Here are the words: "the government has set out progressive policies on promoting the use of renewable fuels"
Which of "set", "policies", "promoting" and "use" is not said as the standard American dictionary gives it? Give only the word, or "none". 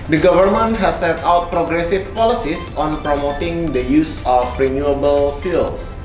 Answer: policies